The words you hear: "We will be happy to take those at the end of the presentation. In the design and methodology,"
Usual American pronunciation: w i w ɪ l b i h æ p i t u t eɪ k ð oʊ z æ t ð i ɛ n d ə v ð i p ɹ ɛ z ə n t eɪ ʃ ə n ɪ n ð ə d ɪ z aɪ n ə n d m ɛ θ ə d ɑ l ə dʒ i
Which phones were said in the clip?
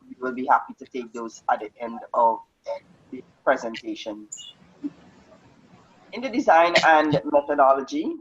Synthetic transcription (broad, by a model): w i w ɪ l b i h æ p i t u t eɪ k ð oʊ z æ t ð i ɛ n d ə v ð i p ɹ ɛ z ə n t eɪ ʃ ə n ɪ n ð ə d ɪ z aɪ n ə n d m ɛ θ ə d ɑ l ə dʒ i